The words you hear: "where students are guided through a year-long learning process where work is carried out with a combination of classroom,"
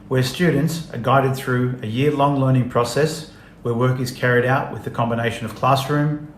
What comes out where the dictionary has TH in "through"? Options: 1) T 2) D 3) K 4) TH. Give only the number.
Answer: 4